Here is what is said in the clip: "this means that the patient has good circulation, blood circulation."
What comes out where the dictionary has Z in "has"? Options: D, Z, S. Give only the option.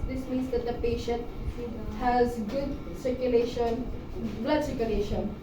Z